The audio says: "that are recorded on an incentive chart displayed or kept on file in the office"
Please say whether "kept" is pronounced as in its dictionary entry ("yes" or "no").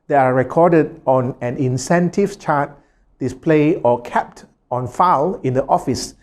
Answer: yes